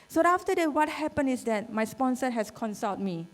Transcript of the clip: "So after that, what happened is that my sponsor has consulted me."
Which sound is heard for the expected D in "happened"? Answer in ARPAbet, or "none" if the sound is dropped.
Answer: none